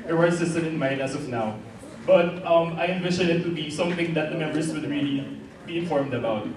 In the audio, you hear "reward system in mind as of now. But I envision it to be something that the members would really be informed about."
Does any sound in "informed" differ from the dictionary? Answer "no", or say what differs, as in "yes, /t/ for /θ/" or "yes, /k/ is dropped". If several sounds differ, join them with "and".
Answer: no